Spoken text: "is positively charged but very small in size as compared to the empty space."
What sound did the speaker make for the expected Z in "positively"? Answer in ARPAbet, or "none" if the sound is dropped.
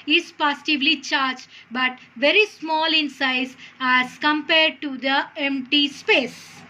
S